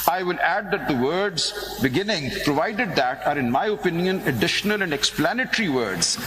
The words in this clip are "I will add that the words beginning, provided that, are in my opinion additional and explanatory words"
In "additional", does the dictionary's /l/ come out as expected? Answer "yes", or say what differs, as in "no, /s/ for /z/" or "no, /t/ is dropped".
yes